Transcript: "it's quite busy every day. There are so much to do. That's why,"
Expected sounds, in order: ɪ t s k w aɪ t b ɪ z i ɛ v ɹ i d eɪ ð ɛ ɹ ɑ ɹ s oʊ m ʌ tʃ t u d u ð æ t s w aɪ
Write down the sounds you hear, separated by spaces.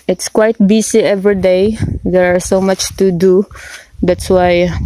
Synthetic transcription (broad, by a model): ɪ t s k w aɪ t b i s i ɛ v ɹ i d eɪ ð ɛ ɹ ɑ ɹ s oʊ m ʌ tʃ t u d u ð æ t s w aɪ